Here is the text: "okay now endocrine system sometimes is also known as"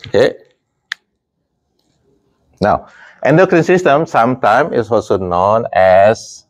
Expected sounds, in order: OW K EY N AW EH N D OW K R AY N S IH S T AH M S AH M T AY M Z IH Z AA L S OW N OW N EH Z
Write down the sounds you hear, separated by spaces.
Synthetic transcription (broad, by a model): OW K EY N AW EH N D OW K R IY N S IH S T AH M S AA M T AY M IH S AA L S OW N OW N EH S